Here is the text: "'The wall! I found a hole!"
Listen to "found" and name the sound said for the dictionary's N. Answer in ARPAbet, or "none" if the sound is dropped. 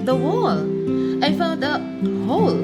none